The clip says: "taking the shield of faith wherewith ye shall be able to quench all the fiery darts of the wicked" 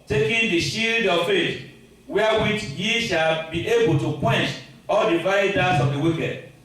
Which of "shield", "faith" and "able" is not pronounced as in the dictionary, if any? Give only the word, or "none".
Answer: faith